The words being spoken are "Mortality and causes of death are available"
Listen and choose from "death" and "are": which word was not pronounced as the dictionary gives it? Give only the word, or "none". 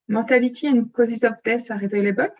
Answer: death